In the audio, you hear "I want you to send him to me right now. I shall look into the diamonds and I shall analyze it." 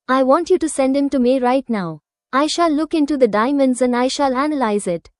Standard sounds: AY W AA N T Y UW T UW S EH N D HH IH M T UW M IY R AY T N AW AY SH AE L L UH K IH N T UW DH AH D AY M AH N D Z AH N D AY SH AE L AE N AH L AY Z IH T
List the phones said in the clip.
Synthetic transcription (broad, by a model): AY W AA N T Y UW T UW S EH N D HH IH M T UW M IY R AY T N AW AY SH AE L L UH K IH N T UW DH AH D AY M AH N D Z AH N D AY SH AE L AE N AH L AY Z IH T